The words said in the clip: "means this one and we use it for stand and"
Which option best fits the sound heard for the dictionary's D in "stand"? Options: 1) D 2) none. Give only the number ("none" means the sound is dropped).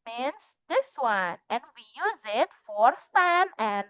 2